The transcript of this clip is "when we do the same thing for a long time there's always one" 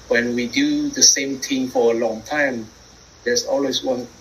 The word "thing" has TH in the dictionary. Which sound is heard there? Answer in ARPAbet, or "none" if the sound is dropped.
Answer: T